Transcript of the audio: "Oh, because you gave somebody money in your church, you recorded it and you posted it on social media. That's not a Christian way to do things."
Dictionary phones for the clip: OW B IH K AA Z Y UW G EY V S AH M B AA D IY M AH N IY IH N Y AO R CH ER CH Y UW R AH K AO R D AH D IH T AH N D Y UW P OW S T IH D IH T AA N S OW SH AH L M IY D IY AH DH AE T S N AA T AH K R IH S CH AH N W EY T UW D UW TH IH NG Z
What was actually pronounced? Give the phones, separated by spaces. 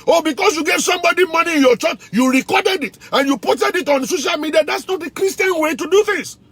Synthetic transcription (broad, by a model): OW B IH K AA S Y UW G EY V S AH M B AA D IY M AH N IY IH N Y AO CH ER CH Y UW R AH K AO D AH D IH T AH N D Y UW P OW T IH D IH T AA N S OW SH AH L M IY D IY AH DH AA T S N AA T AH K R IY S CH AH N W EY T UW D UW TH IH NG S